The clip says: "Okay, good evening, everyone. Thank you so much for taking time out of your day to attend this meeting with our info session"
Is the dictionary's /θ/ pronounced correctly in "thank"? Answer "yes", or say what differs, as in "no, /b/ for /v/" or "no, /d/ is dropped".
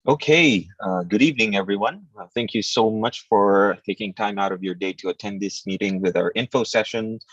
yes